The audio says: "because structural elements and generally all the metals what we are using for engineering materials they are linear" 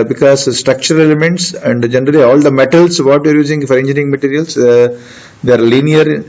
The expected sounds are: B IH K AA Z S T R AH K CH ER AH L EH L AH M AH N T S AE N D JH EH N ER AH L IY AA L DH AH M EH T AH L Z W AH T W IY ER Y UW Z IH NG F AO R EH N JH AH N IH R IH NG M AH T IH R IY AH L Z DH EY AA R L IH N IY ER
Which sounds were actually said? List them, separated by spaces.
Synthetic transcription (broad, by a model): B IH K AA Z S T R AH K CH ER AH L EH L AH M AH N T S AE N D JH EH N ER AH L IY AA L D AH M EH T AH L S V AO T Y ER Y UW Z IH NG F AO R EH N JH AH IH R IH NG M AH T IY R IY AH L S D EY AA R L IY N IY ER